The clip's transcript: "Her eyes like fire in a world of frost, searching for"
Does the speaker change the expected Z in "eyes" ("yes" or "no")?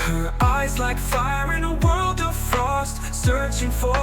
no